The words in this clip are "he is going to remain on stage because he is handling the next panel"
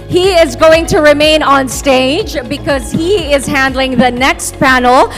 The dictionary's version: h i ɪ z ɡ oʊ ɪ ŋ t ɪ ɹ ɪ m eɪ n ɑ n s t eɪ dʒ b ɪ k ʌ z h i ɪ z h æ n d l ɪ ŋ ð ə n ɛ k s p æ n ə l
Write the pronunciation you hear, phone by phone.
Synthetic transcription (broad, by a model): h i ɪ z ɡ oʊ ɪ ŋ t ɪ ɹ ɪ m eɪ n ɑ n s t eɪ dʒ b ɪ k ʌ z h i ɪ z h æ n d l ɪ ŋ ð ə n ɛ k s p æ n l